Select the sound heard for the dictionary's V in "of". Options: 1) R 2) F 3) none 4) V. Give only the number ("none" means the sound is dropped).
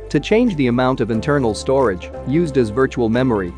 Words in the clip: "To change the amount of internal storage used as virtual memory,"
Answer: 4